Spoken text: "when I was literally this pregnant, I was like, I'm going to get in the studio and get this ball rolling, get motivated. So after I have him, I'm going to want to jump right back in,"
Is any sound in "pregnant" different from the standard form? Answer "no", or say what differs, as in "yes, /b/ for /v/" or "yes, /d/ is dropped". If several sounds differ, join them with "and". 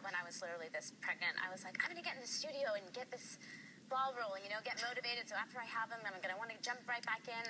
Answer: no